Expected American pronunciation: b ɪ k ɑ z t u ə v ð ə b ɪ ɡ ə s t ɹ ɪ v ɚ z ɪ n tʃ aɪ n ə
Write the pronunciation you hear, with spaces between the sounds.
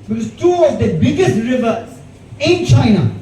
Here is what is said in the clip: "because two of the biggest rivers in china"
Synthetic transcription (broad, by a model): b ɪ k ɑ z t u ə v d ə b ɪ ɡ ə s t ɹ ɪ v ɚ ɪ n tʃ aɪ n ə